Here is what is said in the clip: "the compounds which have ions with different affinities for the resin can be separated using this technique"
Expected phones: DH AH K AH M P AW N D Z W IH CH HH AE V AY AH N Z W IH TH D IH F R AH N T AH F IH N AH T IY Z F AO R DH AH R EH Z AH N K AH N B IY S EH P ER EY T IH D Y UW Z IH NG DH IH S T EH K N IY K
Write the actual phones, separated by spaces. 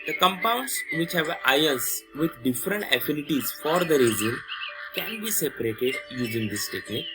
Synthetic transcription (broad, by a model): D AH K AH M P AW N D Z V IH CH HH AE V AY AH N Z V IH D D IH F R AH N T AH F IH N AH T IY Z F AO R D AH R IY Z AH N K AH N B IY S EH P ER EY T IH D Y UW Z IH NG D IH S T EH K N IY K